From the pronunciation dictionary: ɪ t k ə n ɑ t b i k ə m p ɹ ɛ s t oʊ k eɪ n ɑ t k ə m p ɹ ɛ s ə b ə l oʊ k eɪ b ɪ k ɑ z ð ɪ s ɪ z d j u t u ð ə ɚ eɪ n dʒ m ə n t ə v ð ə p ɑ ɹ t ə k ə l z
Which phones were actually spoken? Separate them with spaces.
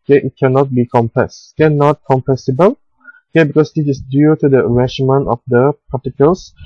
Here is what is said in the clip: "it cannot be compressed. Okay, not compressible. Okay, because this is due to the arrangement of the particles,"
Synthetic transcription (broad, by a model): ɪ t k ə n ɑ t b i k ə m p ɛ s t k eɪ n ɑ t k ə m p ɛ s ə b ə l oʊ k eɪ b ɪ k ɑ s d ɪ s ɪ s d j u t u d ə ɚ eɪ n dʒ m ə n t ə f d ə p ɑ t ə k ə l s